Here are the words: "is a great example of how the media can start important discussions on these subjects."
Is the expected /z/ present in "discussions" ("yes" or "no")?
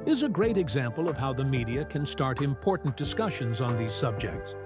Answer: yes